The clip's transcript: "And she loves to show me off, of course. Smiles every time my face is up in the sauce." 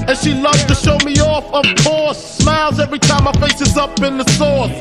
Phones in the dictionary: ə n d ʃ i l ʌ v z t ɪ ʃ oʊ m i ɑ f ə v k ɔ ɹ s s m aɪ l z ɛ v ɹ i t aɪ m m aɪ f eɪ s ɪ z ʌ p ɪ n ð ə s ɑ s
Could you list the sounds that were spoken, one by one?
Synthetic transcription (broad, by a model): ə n ʃ i l ʌ v z t ɪ ʃ oʊ m i ɑ f ə v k ɔ ɹ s s m aɪ l z ɛ v ɹ i t aɪ m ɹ f eɪ s ɪ z ʌ p ɪ n ð ə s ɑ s